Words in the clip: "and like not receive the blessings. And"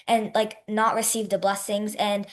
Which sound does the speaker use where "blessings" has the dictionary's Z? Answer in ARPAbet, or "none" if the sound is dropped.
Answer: Z